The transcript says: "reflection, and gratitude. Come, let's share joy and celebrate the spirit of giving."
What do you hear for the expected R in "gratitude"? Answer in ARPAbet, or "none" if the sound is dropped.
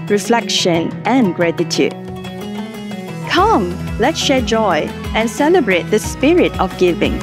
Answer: R